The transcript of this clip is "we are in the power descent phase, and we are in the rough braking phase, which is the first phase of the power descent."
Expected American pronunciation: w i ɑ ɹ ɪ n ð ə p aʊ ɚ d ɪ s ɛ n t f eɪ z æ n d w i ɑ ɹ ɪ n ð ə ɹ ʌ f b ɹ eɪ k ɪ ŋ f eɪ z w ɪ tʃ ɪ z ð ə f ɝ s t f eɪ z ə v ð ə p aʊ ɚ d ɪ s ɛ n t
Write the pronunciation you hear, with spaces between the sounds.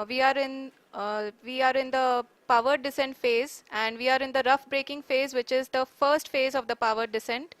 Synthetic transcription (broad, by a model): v i ɑ ɹ ɪ n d ə p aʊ ɚ d ɪ s ɛ n t f eɪ z æ n d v i ɑ ɹ ɪ n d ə ɹ ʌ f b ɹ eɪ k ɪ ŋ f eɪ z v ɪ tʃ ɪ z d ə f ɝ s t f eɪ z ə v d ə p aʊ ɚ d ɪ s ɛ n t